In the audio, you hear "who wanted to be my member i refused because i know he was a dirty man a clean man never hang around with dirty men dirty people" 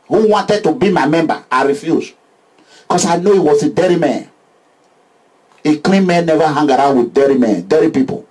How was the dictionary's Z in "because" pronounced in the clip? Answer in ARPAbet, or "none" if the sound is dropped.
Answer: S